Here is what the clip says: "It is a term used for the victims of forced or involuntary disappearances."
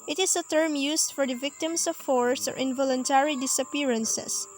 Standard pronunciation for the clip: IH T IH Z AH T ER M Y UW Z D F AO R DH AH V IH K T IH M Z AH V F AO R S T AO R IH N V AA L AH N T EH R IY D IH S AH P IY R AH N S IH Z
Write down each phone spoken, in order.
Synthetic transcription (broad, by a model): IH T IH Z AH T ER M Y UW S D F AO R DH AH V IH K T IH M S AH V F AO R S AO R IH N V AA L AH N T EH R IY D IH S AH P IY R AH N S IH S